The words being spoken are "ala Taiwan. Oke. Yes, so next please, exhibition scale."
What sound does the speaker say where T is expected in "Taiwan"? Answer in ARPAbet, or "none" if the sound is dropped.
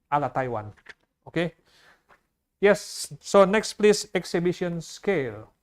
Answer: T